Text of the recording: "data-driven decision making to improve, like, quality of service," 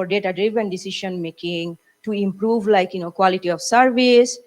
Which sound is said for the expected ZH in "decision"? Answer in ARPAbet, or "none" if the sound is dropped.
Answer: SH